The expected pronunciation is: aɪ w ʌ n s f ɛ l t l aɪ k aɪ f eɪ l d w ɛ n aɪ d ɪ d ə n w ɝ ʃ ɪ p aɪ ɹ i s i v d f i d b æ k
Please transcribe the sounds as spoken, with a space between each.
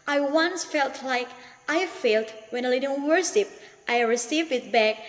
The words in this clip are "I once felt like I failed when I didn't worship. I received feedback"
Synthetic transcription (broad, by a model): aɪ w ʌ n s f ɛ l t l aɪ k aɪ f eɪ l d w ɛ n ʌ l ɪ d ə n w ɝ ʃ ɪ p aɪ ɹ i s i v d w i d b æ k